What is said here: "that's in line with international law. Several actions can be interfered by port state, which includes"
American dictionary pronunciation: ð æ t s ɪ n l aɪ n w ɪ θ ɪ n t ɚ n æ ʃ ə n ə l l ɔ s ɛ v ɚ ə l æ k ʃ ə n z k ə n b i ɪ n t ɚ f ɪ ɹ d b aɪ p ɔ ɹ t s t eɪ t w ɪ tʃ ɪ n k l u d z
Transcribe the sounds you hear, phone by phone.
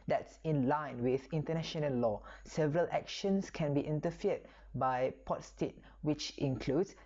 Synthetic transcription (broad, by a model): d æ t s ɪ n l aɪ n w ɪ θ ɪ n t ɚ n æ ʃ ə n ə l l ɔ s ɛ v ɚ ə l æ k ʃ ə n s k ə n b i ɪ n t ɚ f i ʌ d b aɪ p ɔ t s t eɪ t w ɪ tʃ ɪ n k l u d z